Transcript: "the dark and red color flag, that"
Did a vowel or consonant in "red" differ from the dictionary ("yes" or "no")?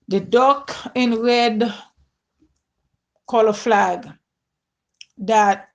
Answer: no